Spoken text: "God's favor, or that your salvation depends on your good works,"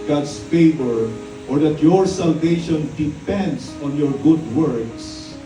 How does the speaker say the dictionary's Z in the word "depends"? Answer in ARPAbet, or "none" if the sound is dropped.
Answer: S